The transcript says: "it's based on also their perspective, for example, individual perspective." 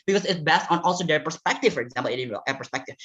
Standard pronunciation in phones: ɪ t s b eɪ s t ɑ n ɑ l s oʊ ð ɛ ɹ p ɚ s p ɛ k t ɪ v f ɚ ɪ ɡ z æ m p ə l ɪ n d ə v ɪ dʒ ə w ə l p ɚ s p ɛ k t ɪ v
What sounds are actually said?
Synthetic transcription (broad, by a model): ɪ t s b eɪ s t n ɑ l s oʊ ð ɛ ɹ p ɚ s p ɛ k t ɪ v f ɚ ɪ ɡ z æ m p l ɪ d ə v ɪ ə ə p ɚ s p ɛ k t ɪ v